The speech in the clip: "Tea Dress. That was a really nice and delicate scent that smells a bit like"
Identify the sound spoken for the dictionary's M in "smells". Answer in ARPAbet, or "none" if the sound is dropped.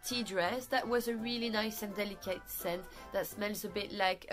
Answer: M